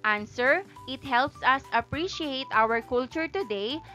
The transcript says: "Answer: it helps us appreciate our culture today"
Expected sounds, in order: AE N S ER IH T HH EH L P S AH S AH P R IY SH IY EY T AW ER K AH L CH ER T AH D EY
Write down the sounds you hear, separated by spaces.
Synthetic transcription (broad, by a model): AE N S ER IH T HH EH L P S AH S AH P R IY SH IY EY T AW ER K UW L CH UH T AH D EY